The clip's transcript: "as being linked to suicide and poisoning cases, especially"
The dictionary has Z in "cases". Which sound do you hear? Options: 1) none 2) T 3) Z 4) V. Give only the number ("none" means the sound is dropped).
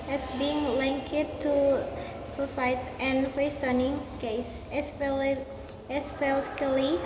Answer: 1